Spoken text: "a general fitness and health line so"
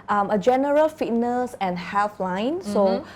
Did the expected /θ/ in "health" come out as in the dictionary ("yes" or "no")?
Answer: no